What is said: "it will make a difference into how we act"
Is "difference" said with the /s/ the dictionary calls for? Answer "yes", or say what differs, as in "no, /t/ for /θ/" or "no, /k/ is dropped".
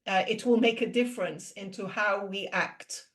yes